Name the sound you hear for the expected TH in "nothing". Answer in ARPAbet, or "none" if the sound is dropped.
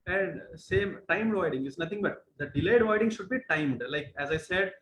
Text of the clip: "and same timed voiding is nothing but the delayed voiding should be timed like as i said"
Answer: T